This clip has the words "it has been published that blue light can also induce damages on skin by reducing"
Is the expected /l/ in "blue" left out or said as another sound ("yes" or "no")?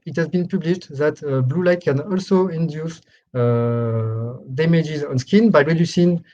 no